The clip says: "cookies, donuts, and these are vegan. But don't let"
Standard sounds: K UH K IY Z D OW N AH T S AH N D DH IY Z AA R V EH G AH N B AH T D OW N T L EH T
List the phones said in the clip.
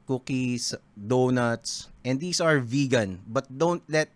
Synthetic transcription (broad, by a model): K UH K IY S D OW N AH T S AH N D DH IY S AA R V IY G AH N B AH T D OW N T L EH T